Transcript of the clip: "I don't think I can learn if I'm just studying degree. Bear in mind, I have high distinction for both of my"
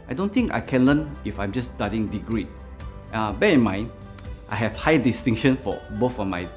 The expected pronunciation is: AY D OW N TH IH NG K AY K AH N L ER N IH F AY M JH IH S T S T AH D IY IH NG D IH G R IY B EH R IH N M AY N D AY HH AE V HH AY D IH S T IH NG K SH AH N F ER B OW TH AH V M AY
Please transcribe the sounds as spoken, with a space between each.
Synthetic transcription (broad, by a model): AY D OW N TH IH NG K AY K AH N L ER N IH F AY M JH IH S S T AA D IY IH NG D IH G R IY B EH IH N M AY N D AY HH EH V HH AY D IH S T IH NG SH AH N F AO B OW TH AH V M AY